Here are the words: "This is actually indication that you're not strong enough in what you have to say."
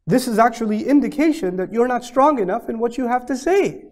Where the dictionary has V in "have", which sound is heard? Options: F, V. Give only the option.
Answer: F